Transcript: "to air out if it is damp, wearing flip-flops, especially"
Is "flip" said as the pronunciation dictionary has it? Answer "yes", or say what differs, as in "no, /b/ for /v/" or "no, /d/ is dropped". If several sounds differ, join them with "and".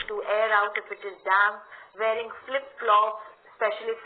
yes